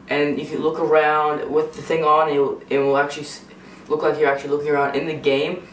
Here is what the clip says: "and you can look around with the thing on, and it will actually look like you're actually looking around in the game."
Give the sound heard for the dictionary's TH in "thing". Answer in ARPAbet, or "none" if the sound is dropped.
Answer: TH